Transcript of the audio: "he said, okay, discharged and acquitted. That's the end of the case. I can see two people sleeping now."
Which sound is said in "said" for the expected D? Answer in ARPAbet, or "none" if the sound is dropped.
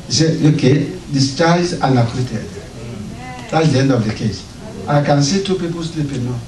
none